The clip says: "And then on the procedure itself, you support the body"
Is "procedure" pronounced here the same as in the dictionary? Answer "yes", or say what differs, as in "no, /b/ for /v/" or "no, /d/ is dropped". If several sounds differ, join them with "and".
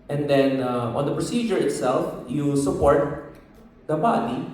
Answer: yes